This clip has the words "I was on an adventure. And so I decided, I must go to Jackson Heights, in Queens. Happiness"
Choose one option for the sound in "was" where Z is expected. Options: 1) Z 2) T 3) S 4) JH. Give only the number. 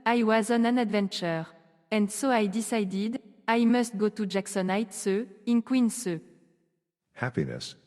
1